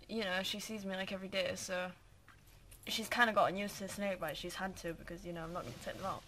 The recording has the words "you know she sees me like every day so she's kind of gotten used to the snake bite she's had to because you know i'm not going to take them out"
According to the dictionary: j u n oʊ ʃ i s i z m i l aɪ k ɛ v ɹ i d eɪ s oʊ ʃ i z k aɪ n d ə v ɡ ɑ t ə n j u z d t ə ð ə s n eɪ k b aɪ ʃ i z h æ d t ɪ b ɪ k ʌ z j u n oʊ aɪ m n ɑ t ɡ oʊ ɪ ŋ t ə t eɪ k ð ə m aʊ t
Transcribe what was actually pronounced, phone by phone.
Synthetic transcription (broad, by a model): j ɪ n oʊ ʃ i s i z m i l aɪ k ɛ v ɹ i d eɪ s oʊ ʃ i z k aɪ n d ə ɡ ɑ t n j u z t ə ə s n eɪ k b aɪ ʃ i z h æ d t ɪ b ɪ k ʌ z j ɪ n oʊ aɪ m n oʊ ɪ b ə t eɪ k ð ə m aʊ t